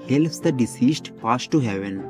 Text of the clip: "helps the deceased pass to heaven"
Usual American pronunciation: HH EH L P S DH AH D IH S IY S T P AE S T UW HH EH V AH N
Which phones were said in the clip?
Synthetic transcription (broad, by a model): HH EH L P S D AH D IH S IY S T F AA S T UW HH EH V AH N